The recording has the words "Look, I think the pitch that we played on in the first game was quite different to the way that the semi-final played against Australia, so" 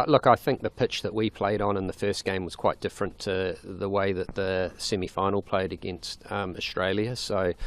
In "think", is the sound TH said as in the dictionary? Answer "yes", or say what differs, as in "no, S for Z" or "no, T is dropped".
yes